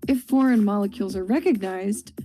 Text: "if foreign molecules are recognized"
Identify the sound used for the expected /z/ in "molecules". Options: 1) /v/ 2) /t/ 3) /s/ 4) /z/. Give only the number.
4